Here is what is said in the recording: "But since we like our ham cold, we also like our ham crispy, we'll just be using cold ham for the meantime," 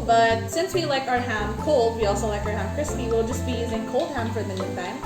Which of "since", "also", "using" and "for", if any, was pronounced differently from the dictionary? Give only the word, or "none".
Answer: none